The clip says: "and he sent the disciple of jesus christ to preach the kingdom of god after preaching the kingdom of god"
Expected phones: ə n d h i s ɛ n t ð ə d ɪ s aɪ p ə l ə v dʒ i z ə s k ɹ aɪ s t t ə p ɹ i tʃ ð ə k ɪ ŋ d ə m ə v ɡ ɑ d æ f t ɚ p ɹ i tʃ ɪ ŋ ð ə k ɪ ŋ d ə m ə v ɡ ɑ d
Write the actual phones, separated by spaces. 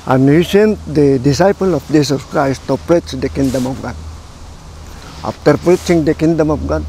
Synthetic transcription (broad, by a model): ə n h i s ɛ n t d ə d ɪ s aɪ p ə l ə p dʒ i s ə s k ɹ aɪ s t t ə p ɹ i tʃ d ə k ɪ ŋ d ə m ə p ɡ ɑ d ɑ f t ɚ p ɹ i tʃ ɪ ŋ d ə k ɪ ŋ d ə m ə p ɡ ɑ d